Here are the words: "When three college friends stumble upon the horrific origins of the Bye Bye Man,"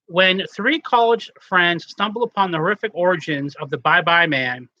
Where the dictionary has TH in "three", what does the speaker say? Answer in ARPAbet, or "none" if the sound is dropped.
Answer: TH